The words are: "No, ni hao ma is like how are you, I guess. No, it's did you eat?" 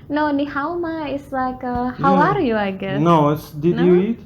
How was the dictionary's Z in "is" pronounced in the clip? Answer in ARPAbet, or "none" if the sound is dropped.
S